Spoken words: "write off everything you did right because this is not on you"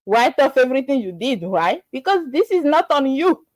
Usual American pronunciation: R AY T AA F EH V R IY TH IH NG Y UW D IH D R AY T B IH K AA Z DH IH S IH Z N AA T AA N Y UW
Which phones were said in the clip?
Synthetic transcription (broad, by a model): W AY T AA F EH V R IY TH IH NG Y UW D IH D W AY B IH K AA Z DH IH S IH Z N AA T AA N Y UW